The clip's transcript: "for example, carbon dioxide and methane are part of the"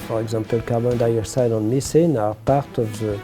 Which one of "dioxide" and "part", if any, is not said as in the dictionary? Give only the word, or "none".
dioxide